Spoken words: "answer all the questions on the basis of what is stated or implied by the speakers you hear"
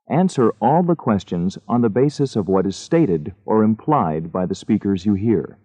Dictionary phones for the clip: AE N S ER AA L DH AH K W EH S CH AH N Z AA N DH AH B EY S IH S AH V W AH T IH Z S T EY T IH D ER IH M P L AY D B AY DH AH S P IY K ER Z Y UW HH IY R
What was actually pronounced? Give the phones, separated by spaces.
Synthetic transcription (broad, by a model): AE N S ER AA L DH AH K W EH S CH AH N Z N DH AH B EY S IH S AH V W AH T IH Z S T EY T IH D ER IH M P L AY D B AY DH AH S P IY K ER Z Y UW HH IY R